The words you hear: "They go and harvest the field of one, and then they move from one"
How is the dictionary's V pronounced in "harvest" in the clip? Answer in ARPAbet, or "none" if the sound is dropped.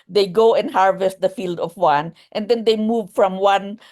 V